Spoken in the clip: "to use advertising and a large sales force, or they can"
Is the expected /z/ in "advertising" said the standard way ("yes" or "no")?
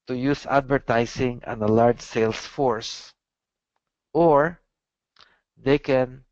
no